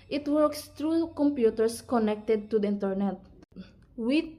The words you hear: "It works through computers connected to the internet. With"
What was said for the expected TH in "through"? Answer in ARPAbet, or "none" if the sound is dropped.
T